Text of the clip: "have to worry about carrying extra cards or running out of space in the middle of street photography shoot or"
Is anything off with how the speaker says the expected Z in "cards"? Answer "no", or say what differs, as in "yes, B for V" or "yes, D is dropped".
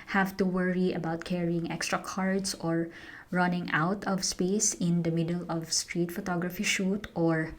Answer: yes, S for Z